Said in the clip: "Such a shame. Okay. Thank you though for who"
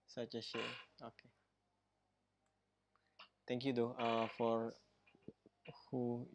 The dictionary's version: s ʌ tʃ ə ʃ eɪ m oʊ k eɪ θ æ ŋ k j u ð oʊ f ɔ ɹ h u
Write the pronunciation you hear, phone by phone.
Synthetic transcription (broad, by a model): s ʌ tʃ ə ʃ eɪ oʊ k eɪ t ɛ ŋ k j u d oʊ f ɔ ɹ h u